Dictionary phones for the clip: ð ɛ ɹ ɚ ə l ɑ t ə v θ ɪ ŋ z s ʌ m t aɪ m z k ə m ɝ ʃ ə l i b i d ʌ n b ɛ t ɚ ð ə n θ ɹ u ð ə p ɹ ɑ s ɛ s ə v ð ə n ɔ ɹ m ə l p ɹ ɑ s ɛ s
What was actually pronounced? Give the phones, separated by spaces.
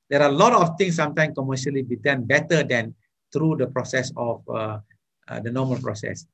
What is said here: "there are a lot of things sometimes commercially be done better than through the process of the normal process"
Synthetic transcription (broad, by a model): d ɛ ɹ ə l ɑ t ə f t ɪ ŋ s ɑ m t aɪ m k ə m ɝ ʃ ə l i b i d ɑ n b ɛ t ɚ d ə n t ɹ u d ə p ɹ ɑ s ɛ s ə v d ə n ɔ m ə l p ɹ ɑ s ɛ s